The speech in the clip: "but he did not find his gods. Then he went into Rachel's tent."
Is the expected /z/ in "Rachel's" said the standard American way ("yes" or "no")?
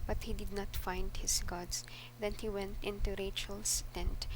no